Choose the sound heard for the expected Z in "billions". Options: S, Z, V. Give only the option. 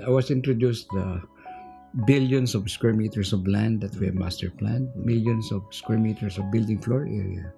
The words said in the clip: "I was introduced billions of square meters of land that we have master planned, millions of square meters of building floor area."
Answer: S